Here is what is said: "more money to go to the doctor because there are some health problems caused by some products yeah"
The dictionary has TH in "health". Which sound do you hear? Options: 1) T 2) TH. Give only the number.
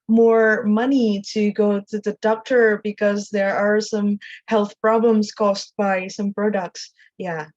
2